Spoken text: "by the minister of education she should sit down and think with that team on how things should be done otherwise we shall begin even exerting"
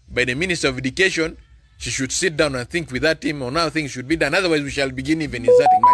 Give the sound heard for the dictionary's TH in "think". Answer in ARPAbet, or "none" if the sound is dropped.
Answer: TH